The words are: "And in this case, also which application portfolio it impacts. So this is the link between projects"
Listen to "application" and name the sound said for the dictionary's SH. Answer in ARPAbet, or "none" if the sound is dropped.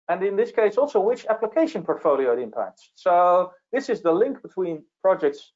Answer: SH